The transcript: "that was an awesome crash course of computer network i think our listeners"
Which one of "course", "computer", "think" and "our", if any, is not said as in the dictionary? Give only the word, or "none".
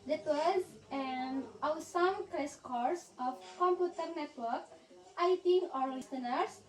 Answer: think